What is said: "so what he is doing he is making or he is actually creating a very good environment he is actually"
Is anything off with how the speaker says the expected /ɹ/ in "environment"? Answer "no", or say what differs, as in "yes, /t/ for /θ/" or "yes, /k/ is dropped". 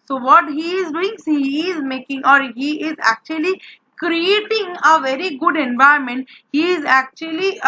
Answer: yes, /ɹ/ is dropped